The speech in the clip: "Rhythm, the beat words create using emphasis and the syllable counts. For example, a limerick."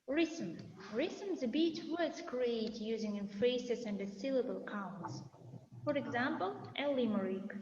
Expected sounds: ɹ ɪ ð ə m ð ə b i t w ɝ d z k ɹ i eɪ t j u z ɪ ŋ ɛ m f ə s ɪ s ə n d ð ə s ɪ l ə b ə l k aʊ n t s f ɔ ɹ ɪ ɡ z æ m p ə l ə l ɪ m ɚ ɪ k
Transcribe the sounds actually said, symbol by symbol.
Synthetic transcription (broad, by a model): ɹ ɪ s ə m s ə b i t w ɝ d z k ɹ i eɪ t j u z ɪ ŋ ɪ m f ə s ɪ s ə n d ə s ɪ l ə b ə l k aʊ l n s f ɔ ɹ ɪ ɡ z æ m p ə l ə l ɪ m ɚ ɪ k